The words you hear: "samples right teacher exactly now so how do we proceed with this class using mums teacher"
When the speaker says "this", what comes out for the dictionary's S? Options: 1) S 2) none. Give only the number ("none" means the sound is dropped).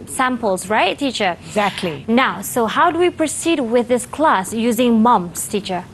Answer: 1